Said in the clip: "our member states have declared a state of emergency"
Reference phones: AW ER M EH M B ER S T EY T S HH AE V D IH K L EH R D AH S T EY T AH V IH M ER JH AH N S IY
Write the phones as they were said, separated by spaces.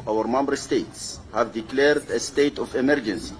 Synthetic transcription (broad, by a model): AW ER M EH M B ER S T EY T S HH AE V D IH K L EH R D AH S T EY T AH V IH M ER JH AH N S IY